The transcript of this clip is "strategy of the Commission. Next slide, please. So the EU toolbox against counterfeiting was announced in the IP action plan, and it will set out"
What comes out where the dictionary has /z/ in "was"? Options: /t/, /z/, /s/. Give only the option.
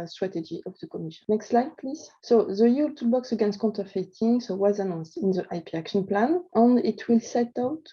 /z/